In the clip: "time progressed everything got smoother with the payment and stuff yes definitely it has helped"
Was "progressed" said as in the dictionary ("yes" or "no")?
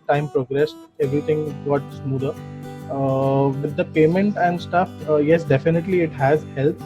yes